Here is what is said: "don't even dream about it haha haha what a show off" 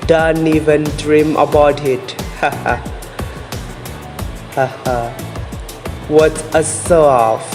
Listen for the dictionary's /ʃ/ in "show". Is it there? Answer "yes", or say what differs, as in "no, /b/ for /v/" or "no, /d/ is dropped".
no, /s/ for /ʃ/